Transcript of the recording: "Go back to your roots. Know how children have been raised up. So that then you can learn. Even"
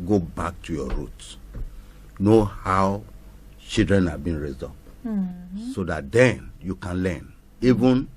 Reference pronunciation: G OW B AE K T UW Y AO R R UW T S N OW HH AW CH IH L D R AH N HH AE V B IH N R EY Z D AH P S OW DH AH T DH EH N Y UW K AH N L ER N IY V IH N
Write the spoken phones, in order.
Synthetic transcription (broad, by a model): G OW B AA K T UW Y AO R R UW T N OW HH AW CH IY L D R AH N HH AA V B IH N R EY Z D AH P S OW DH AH T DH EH N Y UW K AH N L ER N IY V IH N